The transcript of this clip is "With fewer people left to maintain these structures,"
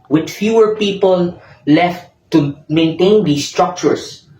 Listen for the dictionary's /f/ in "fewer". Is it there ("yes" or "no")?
yes